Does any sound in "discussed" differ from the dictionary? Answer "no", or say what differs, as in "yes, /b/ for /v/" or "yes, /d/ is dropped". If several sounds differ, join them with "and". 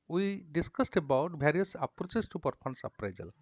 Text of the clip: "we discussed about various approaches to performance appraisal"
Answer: no